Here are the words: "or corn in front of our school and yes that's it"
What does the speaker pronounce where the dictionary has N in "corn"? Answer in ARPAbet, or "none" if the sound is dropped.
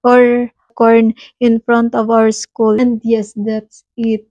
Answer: N